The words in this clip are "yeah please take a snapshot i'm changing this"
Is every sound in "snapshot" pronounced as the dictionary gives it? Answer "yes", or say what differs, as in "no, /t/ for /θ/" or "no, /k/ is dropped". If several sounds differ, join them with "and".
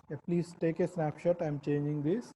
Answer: yes